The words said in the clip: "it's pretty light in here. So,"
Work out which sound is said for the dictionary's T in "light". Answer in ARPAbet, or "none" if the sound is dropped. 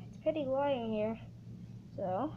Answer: none